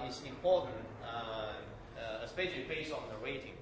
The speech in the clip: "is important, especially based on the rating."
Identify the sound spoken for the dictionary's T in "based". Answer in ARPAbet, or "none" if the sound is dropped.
none